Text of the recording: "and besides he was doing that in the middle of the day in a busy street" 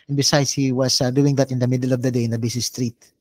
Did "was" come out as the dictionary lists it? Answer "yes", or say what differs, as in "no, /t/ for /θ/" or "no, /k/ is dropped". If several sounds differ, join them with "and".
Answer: no, /s/ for /z/